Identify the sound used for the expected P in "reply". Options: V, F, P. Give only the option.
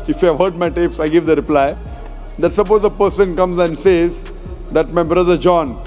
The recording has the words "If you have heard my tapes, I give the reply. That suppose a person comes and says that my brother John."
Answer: P